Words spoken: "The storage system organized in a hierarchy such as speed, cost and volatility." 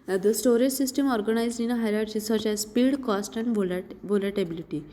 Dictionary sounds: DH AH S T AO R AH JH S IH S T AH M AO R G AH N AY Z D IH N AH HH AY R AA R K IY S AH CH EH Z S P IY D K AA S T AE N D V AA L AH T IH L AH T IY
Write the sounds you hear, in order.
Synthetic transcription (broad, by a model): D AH S T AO R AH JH S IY S T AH M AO R G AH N AY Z IH N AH HH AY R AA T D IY S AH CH EH Z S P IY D K AA S T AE N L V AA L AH T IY L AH T IY